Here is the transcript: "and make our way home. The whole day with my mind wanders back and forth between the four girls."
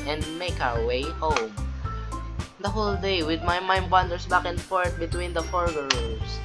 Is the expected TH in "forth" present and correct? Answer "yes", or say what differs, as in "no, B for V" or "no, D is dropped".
no, T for TH